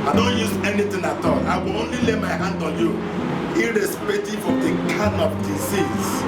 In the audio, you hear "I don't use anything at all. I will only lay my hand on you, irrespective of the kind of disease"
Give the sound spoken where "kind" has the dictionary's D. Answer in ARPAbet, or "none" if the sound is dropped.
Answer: none